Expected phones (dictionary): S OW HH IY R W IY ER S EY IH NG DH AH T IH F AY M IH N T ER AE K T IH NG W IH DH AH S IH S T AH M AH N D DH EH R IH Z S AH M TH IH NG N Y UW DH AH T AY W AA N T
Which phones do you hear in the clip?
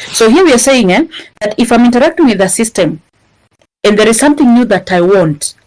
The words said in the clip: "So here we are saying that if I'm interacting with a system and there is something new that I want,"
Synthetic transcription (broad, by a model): S OW HH IY R W IY ER S EY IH NG DH AH T IH F AY M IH N T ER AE K T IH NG W IH DH AH S IH S T AH M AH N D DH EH R IH Z S AH M TH IH NG N Y UW DH AH T AY W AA N T